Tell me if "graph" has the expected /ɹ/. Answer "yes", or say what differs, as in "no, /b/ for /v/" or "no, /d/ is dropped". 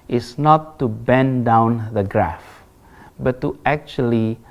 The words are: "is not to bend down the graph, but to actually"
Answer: yes